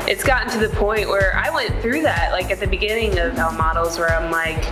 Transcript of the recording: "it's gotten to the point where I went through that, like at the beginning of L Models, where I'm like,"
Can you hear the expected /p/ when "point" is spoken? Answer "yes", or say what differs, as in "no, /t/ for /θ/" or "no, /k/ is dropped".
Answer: yes